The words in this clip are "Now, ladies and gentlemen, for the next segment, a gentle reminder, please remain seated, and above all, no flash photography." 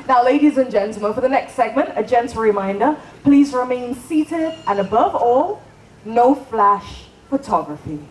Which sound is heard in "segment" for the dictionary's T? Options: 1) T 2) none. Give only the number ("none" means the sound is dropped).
1